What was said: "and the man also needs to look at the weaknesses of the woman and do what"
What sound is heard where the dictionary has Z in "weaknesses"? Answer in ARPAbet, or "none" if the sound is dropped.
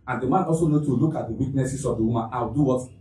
S